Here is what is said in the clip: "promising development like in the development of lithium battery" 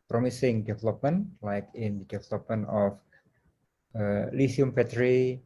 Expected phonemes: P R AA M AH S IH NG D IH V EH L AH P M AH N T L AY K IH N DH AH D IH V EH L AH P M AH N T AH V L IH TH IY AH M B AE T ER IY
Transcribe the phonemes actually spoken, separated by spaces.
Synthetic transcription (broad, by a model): P R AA M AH S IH NG D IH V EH L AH P M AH N L AY K IH N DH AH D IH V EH L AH P M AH N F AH L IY S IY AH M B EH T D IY